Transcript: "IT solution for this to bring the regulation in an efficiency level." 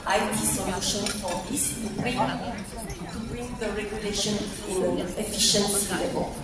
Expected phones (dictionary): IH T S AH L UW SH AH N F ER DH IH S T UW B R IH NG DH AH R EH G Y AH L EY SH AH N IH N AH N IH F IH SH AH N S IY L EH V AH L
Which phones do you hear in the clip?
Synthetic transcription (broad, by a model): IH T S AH N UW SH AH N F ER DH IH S T UW B R IH NG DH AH R EH G Y AH L EY SH AH N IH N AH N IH F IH SH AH N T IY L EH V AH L